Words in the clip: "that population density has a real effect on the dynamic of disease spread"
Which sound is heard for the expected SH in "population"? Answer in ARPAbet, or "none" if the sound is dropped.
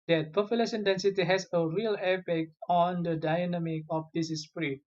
S